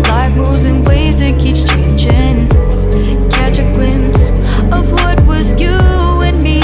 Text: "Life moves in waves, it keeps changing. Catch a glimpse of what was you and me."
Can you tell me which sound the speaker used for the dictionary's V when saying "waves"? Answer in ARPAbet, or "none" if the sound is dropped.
none